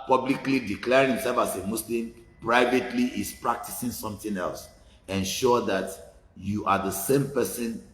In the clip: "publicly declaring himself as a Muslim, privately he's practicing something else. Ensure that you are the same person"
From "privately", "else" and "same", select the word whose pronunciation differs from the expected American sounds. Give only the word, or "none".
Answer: none